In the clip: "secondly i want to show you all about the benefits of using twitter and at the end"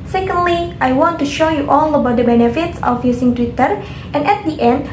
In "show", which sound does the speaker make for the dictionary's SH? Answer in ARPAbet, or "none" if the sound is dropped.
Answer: SH